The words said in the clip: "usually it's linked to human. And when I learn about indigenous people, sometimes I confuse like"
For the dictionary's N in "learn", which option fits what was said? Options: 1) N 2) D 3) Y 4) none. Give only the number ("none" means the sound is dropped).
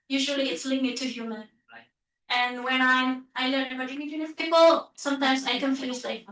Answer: 4